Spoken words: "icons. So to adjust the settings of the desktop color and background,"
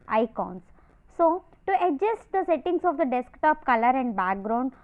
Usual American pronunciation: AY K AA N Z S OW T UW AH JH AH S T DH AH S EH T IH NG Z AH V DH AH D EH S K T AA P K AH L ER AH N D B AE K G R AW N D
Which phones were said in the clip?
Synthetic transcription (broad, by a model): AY K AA N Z S OW T UW AH JH AH S T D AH S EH T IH NG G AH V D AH D EH S K T AA P K AH L ER AH N D B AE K G R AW N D